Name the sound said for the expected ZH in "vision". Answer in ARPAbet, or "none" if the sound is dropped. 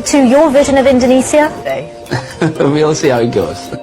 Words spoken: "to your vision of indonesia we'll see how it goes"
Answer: ZH